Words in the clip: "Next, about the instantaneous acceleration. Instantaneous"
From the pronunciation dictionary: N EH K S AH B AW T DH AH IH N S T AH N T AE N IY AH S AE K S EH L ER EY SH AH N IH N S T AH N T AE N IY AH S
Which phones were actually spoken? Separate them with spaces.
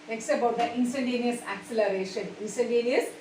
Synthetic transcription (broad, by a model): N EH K S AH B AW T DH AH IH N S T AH N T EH N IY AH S AE K S EH L ER EY SH AH N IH N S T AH N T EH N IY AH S